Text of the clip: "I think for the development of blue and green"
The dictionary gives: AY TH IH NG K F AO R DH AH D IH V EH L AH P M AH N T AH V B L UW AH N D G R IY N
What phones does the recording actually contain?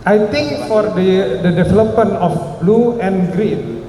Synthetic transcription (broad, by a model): AY T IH NG K F AO R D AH D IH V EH L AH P M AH N AH F B L UW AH N G R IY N